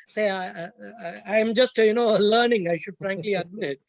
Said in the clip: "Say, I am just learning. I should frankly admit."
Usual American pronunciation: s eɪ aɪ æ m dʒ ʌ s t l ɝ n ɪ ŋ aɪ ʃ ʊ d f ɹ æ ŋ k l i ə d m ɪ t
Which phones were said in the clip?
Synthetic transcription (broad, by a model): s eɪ aɪ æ m dʒ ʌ s t l ɝ n ɪ ŋ aɪ ʃ ʊ d f ɹ æ ŋ k l i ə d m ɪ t